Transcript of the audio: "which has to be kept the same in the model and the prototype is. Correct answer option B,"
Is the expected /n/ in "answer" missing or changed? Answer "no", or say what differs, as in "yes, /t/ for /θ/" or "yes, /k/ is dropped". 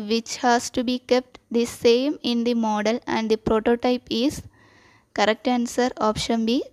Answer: no